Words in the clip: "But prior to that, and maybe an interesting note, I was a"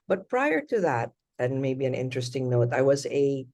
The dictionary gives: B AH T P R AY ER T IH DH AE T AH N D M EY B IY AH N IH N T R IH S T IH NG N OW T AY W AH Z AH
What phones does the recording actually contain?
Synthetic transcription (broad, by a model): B AH T P R AY ER T IH DH AE T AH N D M EY B IY AH N IH N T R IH S T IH NG N OW T AY W AH Z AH